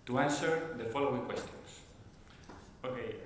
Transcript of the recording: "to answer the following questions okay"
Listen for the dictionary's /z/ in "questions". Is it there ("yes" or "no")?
no